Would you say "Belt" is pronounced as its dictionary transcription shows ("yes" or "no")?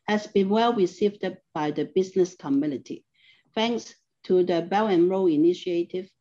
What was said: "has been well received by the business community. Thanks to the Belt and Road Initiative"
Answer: no